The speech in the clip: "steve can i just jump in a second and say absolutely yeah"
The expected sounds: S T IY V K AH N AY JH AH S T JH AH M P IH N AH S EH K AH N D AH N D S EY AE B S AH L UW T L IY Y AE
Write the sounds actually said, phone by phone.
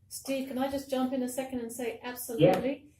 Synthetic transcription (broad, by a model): S T IY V K AH N AY JH AH S JH AH M P IH N AH S EH K AH N D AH N S EY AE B S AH L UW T L IY